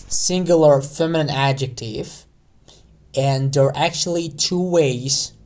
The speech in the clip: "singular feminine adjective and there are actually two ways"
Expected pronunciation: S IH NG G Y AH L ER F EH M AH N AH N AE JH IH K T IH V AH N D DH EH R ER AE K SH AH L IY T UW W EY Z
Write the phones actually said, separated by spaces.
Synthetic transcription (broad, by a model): S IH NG G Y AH L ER F EH M AH N AH N AE JH IH K T IH V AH N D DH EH R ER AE K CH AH L IY T UW W EY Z